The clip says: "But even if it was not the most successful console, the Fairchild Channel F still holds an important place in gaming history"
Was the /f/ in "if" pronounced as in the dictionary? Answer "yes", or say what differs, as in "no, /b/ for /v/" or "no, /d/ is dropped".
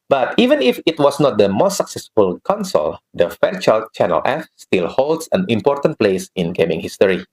yes